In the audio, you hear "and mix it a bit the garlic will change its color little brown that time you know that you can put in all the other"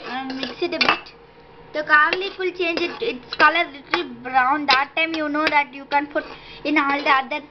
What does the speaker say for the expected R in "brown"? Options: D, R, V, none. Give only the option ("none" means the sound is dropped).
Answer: R